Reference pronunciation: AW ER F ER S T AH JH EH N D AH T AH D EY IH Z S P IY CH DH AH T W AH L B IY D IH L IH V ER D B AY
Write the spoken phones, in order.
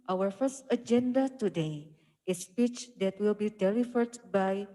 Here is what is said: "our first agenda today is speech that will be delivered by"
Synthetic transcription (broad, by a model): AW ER F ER S T AH JH EH N D AH T AH D EY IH S P IY CH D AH T W AH L B IY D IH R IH F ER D B AY